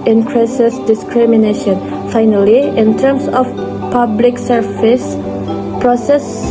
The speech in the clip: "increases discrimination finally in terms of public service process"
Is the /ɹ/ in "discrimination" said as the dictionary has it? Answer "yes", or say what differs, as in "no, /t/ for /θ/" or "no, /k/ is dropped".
yes